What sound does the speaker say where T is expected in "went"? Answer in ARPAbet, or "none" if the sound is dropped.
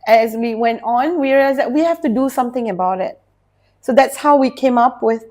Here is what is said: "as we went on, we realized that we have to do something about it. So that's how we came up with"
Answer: T